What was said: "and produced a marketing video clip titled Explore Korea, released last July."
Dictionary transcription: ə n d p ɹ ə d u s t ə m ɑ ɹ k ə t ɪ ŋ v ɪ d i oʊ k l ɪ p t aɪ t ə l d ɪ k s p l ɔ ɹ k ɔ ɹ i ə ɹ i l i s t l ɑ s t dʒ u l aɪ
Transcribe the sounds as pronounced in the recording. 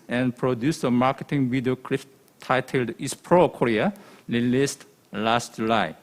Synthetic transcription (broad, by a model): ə n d p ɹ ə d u s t ə m ɑ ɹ k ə t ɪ ŋ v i d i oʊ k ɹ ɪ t t aɪ t ə l d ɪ s p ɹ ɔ k ɔ ɹ i ə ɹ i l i s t l ɑ s t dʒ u l aɪ